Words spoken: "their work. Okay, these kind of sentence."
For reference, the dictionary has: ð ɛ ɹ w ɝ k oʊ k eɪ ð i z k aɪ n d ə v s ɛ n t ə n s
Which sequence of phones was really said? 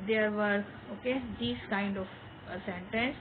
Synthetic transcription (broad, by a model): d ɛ ɹ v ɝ oʊ k eɪ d i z k aɪ n d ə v s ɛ n t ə n s